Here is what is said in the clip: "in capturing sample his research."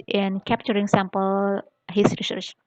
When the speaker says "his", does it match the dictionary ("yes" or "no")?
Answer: no